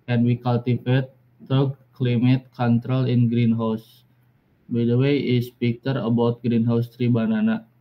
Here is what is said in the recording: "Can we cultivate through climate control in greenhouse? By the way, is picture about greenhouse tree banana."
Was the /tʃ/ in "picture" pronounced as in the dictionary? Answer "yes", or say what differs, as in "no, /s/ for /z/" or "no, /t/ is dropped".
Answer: no, /tʃ/ is dropped